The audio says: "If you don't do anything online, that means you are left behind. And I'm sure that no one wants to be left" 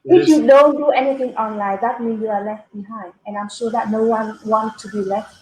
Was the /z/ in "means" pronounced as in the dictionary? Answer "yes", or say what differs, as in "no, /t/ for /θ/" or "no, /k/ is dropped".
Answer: no, /z/ is dropped